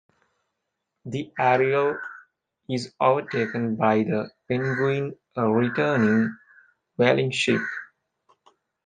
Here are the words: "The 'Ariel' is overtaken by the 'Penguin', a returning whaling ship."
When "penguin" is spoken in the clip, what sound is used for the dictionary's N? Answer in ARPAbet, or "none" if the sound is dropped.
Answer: none